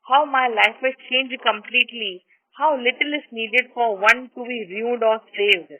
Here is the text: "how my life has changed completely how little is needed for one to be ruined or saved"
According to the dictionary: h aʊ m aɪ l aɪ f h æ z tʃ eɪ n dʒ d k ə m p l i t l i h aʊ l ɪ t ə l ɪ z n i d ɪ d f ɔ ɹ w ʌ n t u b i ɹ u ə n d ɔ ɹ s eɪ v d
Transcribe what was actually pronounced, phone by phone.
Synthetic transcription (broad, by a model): h aʊ m aɪ l aɪ f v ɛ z tʃ eɪ n dʒ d k ə m p l i t l i h aʊ l ɪ t ə l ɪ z n i d ɪ d f ɔ ɹ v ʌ n t u b i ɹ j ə d ɔ ɹ s eɪ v d